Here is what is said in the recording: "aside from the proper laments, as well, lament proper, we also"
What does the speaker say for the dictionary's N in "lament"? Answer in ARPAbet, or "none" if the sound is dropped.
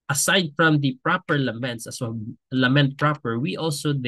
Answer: N